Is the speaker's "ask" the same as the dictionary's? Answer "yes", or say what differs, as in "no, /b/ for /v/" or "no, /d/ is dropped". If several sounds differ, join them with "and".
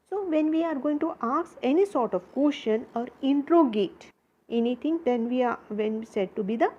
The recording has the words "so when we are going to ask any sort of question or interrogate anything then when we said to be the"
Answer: no, /k/ is dropped